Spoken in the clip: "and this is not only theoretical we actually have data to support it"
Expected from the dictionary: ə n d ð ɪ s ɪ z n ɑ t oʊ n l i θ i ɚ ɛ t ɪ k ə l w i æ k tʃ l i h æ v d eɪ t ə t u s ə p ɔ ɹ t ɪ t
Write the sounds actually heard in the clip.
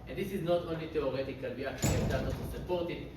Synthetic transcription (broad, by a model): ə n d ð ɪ s ɪ z n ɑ t oʊ n l i t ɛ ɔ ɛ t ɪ k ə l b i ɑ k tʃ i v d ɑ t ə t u s ə p ɔ ɹ t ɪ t